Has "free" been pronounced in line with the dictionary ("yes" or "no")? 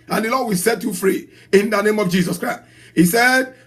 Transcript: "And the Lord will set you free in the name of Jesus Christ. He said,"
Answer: yes